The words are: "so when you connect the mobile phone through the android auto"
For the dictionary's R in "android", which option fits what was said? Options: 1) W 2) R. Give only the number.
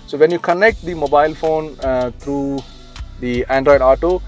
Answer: 2